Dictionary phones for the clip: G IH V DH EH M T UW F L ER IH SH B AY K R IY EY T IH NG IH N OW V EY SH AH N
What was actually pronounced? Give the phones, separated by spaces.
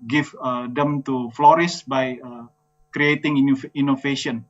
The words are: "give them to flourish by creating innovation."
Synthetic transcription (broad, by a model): G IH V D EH M T UW F L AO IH S B AY K R IY EY T IH NG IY N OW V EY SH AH N